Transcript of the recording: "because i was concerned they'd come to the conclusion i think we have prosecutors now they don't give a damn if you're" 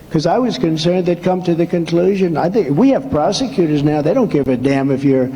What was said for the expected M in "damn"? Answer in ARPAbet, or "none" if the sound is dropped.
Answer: M